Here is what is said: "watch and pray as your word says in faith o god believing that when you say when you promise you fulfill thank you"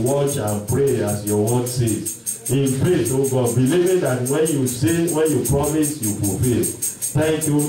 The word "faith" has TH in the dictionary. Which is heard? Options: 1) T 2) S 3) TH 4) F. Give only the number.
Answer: 2